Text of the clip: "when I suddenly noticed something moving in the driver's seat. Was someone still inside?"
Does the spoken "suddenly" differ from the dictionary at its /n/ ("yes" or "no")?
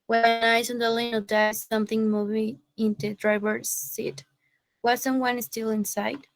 yes